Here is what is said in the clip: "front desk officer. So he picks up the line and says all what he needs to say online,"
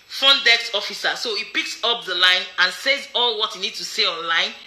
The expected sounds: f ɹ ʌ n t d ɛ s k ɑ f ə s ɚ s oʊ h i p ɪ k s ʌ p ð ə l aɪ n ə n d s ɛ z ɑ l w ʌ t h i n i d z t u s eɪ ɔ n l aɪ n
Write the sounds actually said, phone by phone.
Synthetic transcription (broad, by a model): f ɹ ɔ n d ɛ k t ɑ f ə s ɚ s oʊ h i p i k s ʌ p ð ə l aɪ n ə n s ɛ z ɑ l w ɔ t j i n i d t u s eɪ ɔ n l aɪ n